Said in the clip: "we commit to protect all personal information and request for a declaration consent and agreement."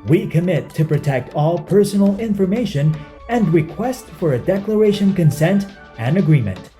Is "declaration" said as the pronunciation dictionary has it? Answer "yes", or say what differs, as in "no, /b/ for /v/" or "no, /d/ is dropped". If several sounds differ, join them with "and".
yes